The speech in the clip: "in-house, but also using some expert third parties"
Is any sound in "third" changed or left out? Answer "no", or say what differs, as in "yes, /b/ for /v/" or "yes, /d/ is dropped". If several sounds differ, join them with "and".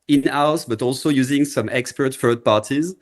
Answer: yes, /f/ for /θ/